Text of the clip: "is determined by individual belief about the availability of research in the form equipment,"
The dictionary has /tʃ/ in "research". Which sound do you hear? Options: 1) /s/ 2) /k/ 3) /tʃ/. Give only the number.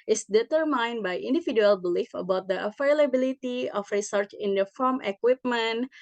3